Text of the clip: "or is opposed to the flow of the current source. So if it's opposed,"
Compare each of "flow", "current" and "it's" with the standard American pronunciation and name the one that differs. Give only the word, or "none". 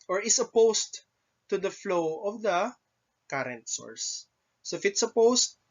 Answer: none